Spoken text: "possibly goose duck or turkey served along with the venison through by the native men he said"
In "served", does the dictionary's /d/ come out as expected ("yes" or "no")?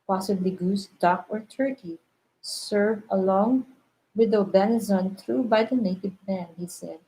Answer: no